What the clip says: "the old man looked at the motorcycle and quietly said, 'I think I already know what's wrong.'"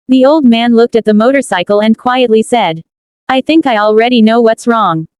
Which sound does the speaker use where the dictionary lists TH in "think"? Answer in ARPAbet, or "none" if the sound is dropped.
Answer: TH